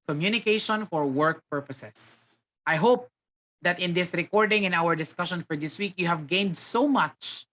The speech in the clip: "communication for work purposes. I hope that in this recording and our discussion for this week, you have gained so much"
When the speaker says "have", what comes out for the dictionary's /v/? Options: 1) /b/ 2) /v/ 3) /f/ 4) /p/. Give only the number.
2